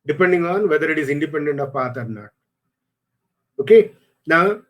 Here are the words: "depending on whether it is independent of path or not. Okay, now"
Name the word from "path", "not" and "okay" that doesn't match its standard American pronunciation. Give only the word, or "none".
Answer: path